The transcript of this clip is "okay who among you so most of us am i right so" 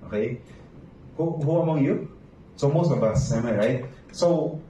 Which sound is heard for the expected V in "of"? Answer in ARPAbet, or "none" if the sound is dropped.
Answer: B